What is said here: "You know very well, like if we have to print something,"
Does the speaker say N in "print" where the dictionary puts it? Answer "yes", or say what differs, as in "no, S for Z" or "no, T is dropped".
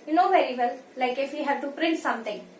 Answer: yes